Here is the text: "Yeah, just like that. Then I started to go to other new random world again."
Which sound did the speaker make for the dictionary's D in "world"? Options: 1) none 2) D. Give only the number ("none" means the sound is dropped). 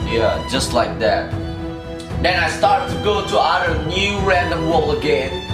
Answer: 1